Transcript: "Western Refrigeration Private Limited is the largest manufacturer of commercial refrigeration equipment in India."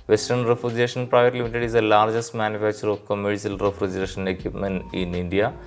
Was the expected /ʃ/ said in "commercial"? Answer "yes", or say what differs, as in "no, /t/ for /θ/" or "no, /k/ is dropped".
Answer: no, /s/ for /ʃ/